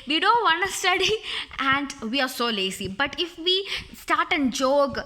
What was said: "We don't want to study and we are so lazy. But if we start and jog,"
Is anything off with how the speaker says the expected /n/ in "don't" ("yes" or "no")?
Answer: no